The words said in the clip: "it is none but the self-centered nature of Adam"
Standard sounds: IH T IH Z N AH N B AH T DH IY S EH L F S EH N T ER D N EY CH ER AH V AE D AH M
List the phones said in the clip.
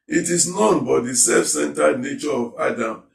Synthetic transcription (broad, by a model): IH T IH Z N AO N B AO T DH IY S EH F S EH N T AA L N EY CH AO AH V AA D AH M